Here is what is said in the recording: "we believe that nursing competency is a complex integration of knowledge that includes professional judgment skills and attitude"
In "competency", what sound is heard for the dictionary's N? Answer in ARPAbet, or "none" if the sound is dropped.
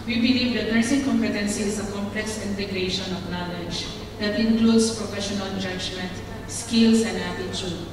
N